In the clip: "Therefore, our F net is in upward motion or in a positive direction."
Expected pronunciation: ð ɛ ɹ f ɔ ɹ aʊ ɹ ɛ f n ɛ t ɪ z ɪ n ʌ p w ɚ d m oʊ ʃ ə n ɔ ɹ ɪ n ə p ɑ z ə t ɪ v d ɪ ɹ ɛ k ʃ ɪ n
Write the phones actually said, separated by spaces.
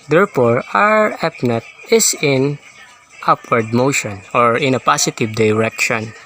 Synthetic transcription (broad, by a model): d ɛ ɹ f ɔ ɹ aʊ ɹ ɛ p n ɛ t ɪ s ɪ n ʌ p w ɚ d m oʊ ʃ ə n ɔ ɹ ɪ n ə p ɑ s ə t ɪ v d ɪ ɹ ɛ k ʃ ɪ n